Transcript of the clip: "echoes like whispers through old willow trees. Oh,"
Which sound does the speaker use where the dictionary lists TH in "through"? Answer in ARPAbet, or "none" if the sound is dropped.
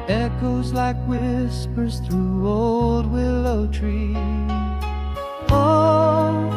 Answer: TH